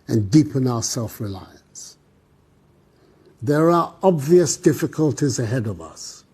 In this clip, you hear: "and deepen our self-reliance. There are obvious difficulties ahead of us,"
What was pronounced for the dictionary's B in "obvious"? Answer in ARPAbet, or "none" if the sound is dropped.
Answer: B